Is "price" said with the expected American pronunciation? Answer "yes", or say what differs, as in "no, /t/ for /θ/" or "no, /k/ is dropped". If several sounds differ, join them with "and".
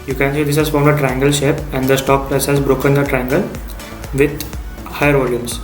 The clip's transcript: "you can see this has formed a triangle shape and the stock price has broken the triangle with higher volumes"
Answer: no, /l/ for /ɹ/